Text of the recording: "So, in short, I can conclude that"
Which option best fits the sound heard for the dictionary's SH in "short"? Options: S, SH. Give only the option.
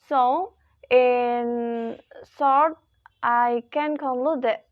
S